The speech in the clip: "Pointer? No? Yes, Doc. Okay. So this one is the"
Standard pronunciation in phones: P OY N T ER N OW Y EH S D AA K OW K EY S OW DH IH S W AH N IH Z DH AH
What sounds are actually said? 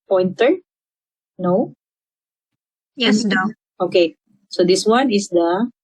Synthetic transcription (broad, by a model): P OY N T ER N OW Y EH S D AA OW K EY S OW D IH S W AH N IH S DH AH